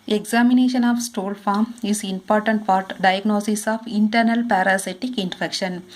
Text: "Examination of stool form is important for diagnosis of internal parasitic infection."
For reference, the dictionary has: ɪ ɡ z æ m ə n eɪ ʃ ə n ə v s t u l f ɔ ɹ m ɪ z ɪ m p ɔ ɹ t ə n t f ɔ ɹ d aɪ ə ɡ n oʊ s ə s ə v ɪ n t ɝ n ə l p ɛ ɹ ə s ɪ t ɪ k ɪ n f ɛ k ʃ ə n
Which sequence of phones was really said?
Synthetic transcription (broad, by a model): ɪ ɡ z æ m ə n eɪ ʃ ə n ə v s t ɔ l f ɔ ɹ m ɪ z ɪ m p ɔ ɹ t ə n t p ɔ ɹ d aɪ ə ɡ n oʊ s ə s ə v ɪ n t ɝ n ə l p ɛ ɹ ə s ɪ t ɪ k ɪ n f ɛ k ʃ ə n